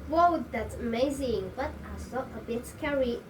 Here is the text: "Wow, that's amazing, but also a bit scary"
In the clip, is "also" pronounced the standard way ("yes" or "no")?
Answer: no